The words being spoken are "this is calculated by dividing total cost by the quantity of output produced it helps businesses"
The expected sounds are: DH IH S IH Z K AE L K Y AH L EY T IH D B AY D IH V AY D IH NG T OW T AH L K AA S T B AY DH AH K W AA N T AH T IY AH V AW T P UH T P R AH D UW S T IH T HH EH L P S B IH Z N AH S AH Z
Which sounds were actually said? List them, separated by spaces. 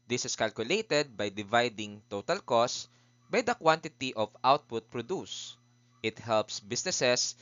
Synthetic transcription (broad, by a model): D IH S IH S K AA L K Y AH L EY T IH D B AY D IH V AY D IH NG T OW T AH L K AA S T B AY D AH K W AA N T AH T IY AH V AW T P UH T P R AH D UW S T IH T HH EH L P S B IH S N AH S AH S